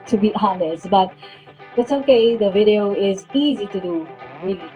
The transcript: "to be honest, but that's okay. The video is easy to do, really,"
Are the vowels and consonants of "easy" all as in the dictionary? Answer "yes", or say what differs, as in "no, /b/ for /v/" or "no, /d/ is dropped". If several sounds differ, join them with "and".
yes